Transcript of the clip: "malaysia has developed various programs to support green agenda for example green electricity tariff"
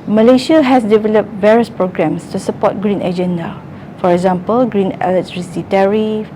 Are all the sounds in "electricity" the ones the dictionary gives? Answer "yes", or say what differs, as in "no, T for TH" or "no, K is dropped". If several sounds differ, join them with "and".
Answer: no, K is dropped